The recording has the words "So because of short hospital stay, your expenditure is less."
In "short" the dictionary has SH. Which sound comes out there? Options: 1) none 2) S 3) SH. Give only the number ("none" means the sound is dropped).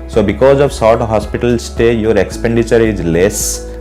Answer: 2